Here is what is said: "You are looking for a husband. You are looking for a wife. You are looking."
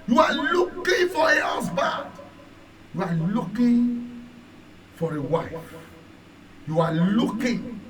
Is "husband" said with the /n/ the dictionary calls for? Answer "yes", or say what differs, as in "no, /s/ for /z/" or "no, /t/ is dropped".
no, /n/ is dropped